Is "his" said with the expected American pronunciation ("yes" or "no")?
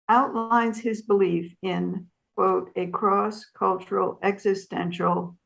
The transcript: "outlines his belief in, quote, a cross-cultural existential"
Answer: yes